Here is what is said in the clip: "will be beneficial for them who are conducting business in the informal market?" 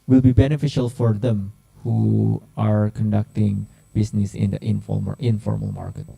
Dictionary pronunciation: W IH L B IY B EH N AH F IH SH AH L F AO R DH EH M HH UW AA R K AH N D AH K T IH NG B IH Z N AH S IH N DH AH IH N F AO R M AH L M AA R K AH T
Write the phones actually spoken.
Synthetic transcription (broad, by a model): W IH L B IY B EH N AH F IH SH AH L F AO R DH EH M HH UW AA R K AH N D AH K T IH NG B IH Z N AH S IH N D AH IH N F AO R M AH L M AA R K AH T